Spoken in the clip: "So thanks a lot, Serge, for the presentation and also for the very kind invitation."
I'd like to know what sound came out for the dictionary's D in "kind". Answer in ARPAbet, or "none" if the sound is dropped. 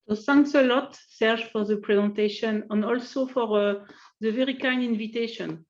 none